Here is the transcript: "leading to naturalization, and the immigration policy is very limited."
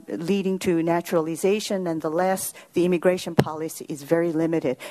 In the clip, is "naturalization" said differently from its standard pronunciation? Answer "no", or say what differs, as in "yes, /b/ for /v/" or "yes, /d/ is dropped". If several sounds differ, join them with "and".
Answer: no